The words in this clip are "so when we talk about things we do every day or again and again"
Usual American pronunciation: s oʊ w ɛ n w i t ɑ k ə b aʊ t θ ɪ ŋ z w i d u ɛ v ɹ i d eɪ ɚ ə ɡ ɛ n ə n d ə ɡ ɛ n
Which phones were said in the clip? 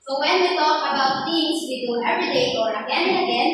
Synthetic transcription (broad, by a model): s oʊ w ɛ n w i t ɑ k ə b aʊ t t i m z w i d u ɛ v ɹ i d eɪ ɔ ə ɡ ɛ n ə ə ɡ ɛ n